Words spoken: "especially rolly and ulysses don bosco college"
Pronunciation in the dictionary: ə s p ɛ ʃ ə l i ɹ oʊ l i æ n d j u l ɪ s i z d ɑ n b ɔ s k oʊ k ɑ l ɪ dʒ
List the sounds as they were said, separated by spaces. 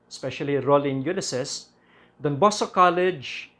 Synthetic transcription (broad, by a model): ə s p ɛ ʃ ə l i ɹ oʊ l i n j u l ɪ s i s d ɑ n b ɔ s oʊ k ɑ l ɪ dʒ